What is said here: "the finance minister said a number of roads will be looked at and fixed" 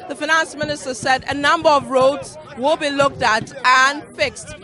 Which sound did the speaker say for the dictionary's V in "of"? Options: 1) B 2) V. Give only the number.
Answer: 2